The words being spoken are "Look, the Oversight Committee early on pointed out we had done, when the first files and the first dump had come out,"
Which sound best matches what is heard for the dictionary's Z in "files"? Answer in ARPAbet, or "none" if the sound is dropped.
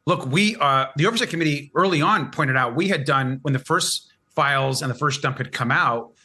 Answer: Z